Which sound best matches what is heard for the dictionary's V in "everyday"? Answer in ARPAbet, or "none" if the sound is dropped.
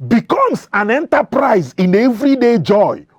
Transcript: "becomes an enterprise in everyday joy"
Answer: V